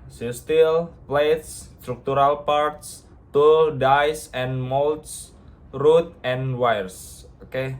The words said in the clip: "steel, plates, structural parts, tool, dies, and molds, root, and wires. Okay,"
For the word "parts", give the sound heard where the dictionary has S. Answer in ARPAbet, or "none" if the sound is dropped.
S